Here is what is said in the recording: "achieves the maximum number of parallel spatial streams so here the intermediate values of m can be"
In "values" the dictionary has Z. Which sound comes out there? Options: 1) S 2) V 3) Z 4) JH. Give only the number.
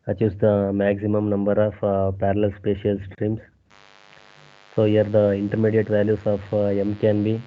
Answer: 1